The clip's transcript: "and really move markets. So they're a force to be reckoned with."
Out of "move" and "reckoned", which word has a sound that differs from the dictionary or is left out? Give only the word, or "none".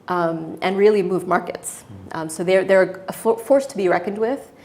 none